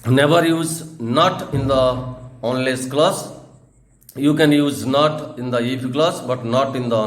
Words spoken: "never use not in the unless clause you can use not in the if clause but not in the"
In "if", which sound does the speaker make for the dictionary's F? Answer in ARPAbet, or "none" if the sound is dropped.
P